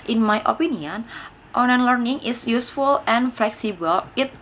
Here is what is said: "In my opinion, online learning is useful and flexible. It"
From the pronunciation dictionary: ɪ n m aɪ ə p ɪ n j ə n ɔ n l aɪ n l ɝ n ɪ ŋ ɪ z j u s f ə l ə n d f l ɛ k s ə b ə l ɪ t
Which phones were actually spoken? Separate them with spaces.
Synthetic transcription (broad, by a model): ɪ n m aɪ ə p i n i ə n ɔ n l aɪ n l ɝ n ɪ ŋ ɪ s j u s f ə l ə n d f l ɛ k s ə b ə l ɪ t